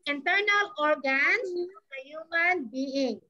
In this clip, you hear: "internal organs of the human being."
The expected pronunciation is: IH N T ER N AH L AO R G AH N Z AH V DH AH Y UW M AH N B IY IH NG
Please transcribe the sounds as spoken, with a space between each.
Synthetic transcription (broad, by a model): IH N T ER N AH L AO R G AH N AH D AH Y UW M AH N B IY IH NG